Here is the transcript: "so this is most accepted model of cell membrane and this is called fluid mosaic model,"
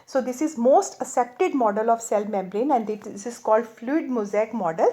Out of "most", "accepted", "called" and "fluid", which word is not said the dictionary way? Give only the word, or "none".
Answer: accepted